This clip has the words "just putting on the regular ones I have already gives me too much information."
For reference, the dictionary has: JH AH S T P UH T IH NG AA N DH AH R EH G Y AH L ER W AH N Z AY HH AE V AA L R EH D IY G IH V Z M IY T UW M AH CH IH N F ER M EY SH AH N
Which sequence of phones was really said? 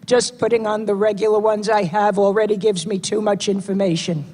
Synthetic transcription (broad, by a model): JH AH S P UH T IH NG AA N DH AH R EH G Y L ER W AH N Z AY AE V L R EH D IY G IH V Z M IY T UW M AH CH IH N F ER M EY SH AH N